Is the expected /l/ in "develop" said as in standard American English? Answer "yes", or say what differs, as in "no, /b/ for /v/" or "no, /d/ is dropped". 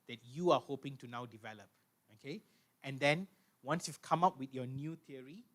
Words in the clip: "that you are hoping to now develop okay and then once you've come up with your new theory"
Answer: yes